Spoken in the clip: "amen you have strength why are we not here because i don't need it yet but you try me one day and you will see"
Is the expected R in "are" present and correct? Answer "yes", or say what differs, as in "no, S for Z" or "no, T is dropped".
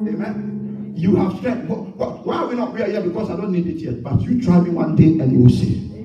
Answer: no, W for R